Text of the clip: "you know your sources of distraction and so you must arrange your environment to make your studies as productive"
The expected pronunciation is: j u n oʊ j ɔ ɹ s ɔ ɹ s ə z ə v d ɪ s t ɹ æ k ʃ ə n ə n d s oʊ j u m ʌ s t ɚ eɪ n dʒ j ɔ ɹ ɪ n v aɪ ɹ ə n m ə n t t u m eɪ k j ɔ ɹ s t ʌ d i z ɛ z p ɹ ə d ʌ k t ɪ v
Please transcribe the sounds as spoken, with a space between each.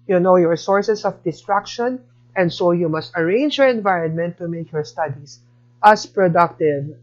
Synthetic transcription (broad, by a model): j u n oʊ j ɔ ɹ s ɔ ɹ s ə s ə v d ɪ s t ɹ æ k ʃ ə n ə n d s oʊ j u m ʌ s t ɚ eɪ n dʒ j ɔ ɹ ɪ n v aɪ ɹ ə n m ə n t t u m eɪ k j ɔ ɹ s t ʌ d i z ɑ s p ɹ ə d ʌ k t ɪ v